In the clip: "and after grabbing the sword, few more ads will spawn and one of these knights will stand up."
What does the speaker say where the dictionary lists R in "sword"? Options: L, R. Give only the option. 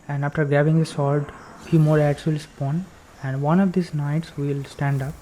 L